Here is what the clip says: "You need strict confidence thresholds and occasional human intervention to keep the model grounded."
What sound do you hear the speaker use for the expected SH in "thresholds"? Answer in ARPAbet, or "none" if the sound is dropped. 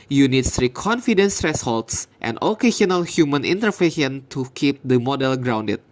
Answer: S